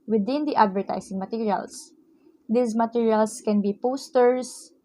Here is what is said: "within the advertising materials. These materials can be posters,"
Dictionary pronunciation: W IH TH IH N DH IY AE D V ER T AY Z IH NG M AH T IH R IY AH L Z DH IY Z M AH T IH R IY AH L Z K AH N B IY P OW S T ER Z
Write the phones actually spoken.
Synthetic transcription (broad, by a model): W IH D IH N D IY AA D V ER T AY S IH NG M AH T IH R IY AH L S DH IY S M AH T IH R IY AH L S K AH N B IY P OW S T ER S